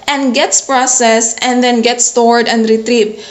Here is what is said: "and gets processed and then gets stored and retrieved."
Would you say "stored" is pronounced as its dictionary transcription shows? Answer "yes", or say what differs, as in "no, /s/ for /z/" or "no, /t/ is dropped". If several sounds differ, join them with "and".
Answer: yes